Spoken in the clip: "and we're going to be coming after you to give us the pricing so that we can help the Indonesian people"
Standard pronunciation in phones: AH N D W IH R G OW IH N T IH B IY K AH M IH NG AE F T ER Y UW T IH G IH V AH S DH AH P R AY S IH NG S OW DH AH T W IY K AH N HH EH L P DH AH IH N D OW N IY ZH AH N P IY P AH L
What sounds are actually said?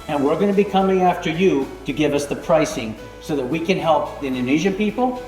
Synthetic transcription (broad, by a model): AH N W IH R G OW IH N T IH B IY K AH M IH NG AE F T ER Y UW T IH G IH V AH S DH AH P R AY S IH NG S OW DH AH T W IY K AH N HH EH L P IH N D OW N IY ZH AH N P IY P L